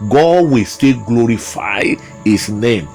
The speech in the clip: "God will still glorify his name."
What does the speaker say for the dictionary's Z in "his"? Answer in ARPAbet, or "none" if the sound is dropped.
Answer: S